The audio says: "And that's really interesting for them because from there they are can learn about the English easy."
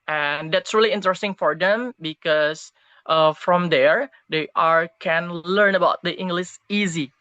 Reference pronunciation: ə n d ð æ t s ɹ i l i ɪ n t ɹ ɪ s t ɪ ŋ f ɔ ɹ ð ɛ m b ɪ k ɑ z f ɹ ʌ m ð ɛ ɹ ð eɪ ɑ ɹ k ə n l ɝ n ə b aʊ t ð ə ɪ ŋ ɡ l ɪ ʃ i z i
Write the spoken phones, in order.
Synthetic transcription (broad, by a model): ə n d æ t s ɹ i l i ɪ n t ɹ ɪ s t ɪ ŋ f ɔ ɹ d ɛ m b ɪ k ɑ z f ɹ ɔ m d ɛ ɹ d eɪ ɑ ɹ k ə n l ɝ n ə b aʊ t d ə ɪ ŋ ɡ l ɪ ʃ i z i